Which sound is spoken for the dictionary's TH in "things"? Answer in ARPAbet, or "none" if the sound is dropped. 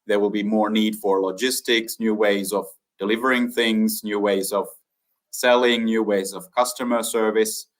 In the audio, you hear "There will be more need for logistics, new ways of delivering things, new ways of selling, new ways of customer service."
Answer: TH